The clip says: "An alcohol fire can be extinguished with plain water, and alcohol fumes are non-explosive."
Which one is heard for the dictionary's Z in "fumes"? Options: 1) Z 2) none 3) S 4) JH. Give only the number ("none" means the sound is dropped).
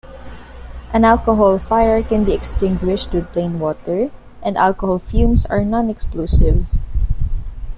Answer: 3